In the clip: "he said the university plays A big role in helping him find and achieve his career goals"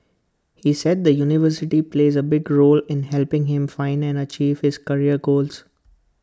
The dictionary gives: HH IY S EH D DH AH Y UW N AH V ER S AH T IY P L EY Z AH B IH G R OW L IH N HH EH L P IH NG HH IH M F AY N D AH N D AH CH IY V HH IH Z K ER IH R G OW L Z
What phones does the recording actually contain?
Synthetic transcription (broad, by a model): HH IY S EH D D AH Y UW N AH V ER S AH T IY P L EY Z AH B IH G R OW L IH N HH EH L P IH NG HH IH M F AY N D AH N D AH CH IY V HH IH Z K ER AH R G OW L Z